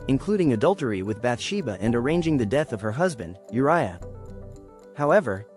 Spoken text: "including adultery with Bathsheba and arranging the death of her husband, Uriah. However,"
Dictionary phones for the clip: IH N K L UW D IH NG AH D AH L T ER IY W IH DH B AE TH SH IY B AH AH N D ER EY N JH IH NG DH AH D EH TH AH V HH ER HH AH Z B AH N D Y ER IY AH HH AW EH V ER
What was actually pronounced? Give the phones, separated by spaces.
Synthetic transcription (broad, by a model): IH N K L UW D IH NG AH D AH L T ER IY W IH DH B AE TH SH IY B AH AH N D ER EY N JH IH NG DH AH D EH TH AH V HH ER HH AH Z B AH N D Y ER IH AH HH AW EH V ER